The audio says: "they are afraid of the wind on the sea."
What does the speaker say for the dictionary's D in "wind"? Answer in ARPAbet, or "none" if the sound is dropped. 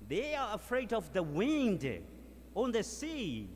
D